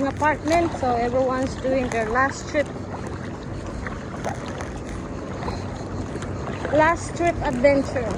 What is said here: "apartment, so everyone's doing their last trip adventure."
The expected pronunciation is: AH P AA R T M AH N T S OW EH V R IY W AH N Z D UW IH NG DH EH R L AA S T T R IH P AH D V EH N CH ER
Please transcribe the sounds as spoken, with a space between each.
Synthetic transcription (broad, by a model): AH P AA R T M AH N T S OW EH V R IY W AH N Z D UW IH NG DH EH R L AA S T T R IH P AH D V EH N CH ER